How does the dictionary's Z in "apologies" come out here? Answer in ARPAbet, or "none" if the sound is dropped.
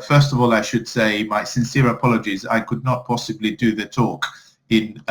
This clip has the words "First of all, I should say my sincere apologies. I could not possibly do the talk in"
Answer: Z